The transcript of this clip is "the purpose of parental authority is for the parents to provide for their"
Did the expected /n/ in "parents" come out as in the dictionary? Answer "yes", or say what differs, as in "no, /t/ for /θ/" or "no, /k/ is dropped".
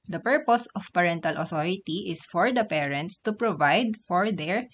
yes